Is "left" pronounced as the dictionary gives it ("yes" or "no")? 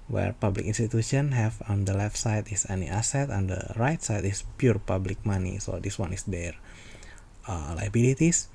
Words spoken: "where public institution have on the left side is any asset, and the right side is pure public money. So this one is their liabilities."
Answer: yes